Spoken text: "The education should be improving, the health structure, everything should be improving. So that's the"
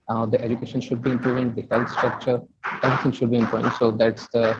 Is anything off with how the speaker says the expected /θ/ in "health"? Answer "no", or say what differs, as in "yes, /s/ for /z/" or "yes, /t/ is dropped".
yes, /t/ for /θ/